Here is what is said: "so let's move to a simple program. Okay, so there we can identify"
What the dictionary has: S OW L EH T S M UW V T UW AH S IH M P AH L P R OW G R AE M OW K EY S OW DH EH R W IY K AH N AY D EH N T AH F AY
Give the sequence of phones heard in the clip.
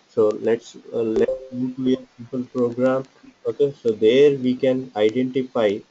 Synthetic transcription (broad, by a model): S OW L EH T S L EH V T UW AH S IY P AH L P R OW G R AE M OW K EY S OW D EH R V IY K AH N AY D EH N T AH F AY